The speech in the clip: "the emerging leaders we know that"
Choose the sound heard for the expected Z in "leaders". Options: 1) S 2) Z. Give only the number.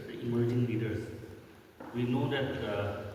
1